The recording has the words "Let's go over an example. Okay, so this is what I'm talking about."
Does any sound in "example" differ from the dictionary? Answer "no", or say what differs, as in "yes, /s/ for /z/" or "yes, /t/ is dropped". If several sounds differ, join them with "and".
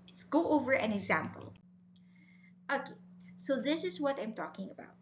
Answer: no